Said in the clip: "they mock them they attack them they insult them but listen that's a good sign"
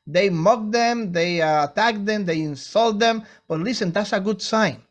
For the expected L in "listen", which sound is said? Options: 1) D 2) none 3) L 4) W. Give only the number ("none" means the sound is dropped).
3